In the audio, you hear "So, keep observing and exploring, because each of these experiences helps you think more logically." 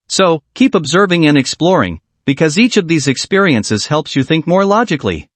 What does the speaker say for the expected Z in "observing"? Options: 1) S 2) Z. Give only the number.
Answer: 2